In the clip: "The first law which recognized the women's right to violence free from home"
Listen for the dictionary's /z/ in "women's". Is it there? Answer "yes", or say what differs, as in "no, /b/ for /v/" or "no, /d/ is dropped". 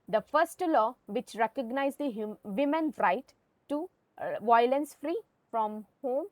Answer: no, /z/ is dropped